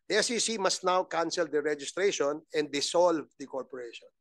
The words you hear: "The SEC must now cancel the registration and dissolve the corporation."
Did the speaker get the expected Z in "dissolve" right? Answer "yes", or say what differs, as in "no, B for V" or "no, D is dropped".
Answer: no, S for Z